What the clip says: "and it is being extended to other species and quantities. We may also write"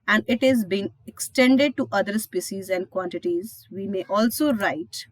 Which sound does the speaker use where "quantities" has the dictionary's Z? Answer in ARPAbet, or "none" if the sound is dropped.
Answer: Z